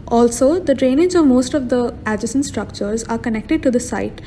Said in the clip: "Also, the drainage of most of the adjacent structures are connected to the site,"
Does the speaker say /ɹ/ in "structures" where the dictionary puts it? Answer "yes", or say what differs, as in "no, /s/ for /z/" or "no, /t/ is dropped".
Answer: yes